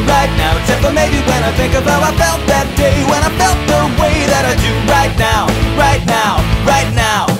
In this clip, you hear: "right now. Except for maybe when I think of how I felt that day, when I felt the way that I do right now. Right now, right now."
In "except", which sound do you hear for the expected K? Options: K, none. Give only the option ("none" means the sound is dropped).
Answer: none